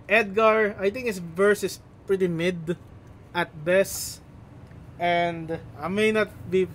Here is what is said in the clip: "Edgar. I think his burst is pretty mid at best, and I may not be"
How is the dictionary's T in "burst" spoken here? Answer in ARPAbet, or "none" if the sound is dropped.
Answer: none